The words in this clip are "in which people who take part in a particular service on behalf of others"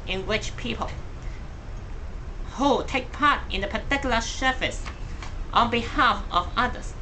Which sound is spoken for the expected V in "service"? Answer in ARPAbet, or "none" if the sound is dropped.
F